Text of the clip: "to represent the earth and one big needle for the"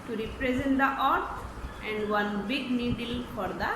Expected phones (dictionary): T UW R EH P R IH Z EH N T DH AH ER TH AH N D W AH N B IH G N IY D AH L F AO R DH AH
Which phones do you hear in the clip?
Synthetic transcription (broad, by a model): T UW R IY P R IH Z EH N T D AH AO T AH N D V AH N B IH G N IY D AH L F AO R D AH